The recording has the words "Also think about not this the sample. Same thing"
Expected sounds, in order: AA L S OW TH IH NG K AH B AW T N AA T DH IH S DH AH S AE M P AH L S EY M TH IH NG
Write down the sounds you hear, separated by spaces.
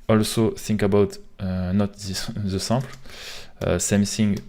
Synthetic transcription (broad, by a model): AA L S OW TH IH NG K AH B AW T N AA T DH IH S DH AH S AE P L S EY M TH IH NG